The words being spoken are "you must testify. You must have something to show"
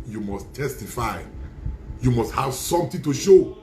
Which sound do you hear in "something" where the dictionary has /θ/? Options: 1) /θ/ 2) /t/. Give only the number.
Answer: 2